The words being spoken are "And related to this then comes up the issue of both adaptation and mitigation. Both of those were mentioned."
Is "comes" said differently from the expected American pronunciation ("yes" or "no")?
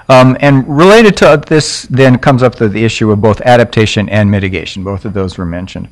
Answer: no